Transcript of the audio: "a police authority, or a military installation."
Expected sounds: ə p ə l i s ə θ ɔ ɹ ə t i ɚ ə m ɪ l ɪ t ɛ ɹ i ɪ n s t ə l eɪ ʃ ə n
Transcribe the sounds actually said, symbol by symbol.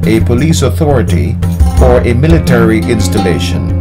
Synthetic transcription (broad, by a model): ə p ə l i s ə θ ɔ ɹ ə t i ɚ ə m ɪ l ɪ t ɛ ɹ i ɪ n s t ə l eɪ ʃ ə n